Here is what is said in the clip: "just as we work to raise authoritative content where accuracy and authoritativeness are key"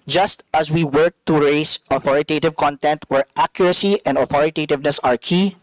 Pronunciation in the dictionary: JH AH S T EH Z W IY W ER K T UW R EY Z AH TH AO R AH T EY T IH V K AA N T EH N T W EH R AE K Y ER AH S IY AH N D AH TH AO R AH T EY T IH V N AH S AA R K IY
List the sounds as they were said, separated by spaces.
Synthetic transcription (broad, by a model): JH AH S T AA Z W IY W ER K T UW R EY S AH TH AO R AH T EY T IH V K AA N T EH N T W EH R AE K Y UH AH S IY AH N D AH TH AO R AH T EY T IH V N AH S AA R K IY